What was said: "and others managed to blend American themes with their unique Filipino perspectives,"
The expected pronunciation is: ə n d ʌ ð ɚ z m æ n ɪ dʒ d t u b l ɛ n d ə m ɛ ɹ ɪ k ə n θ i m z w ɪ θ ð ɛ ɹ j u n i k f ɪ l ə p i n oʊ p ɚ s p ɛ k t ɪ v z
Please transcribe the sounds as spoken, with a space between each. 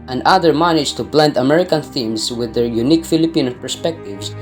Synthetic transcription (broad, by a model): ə n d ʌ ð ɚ m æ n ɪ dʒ t u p l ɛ n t ə m ɛ ɹ ɪ k ə n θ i m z w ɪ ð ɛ ɹ j u n i k f ɪ l ə p i n oʊ p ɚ s p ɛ k t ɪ v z